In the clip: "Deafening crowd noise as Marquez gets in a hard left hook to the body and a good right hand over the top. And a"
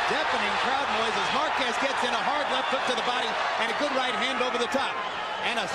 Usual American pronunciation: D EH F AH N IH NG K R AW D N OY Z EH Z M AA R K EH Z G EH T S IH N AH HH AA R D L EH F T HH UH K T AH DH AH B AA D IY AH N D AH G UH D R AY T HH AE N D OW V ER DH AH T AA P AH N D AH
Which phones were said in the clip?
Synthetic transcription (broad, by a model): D EH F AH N IH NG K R AW D N OY Z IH Z M AA R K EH S G EH T S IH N AH HH AA R D L EH F T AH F T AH DH AH B AA D IY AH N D AH G UH D R AY T HH AE N D OW V ER DH AH T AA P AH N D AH